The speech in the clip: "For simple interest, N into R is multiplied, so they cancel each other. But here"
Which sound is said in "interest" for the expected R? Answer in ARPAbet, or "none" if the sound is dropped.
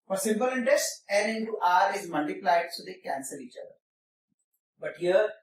R